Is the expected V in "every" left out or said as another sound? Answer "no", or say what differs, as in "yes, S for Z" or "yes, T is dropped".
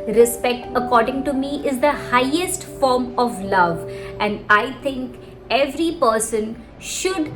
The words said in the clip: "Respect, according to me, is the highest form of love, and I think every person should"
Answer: no